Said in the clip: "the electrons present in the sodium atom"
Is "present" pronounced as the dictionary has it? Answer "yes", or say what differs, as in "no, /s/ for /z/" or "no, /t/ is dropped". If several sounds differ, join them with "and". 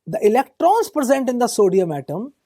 yes